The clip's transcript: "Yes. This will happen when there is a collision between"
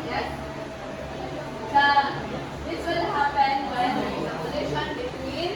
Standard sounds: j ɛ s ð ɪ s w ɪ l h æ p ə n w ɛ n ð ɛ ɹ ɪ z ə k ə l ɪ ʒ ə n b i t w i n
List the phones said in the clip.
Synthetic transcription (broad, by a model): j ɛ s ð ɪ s w ɪ l h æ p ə n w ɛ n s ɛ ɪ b ə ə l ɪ ʃ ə n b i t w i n